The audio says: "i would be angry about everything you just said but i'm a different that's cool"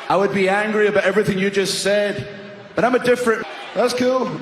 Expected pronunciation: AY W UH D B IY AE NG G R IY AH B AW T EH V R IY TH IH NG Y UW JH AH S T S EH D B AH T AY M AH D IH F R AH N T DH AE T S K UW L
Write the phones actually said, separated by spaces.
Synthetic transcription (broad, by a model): AY W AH D B IY AE NG G R IY AH B AW T EH V R IY TH IH NG Y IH JH AH S T S EH D B AH T AY M AH D IH F R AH N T DH AE T S K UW L